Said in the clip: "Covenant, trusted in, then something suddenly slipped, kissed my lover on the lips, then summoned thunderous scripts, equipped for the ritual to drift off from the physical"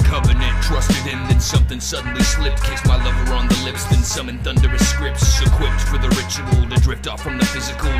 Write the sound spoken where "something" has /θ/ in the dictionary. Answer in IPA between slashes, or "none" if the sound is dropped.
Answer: /θ/